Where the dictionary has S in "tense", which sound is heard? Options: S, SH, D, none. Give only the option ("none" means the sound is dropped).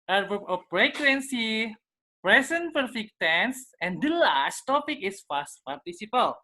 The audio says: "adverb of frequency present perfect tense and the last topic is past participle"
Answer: S